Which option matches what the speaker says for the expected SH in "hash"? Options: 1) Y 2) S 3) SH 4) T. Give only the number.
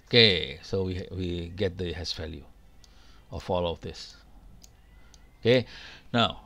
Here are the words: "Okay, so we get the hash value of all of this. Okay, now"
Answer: 2